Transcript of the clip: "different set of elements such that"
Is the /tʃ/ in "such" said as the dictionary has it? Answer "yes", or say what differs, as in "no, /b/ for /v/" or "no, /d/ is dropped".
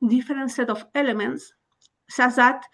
no, /s/ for /tʃ/